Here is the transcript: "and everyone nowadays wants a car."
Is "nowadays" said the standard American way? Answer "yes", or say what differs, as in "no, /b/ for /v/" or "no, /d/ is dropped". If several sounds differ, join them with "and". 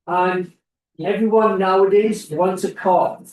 yes